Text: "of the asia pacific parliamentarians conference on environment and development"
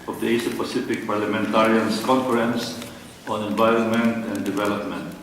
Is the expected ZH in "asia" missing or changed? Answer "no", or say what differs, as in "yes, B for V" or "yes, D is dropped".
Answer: yes, S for ZH